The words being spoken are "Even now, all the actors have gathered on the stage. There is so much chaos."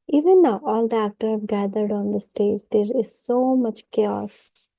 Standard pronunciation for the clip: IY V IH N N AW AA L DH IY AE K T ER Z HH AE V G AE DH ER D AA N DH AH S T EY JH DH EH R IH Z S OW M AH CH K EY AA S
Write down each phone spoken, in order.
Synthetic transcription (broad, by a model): IY V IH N N AW AA L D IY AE K T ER HH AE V G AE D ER D AA N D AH S T EY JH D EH R IH Z S OW M AH CH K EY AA S